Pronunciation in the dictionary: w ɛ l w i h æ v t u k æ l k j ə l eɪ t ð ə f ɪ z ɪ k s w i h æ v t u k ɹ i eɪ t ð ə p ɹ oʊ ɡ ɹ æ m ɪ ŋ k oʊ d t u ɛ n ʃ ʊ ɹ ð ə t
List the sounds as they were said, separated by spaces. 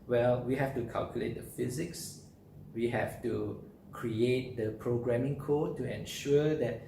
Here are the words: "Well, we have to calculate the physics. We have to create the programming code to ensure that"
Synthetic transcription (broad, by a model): w ɛ l w i h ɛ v t u k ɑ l k j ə l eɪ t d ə f ɪ z ɪ k s w i h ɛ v t u k ɹ i eɪ t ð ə p ɹ oʊ ɡ ɹ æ m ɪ ŋ k oʊ d t u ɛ n ʃ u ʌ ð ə t